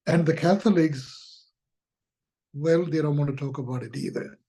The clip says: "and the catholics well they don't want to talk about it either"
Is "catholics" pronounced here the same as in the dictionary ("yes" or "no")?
yes